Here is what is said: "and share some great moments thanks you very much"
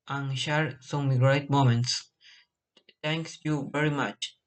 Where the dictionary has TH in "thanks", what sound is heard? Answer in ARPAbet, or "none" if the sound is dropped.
T